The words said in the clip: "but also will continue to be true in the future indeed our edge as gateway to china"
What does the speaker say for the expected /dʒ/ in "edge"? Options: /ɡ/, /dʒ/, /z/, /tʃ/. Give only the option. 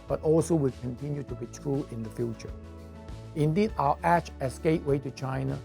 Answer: /tʃ/